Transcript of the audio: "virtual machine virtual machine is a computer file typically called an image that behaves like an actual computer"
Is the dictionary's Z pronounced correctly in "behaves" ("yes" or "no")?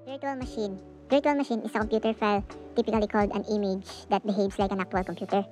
no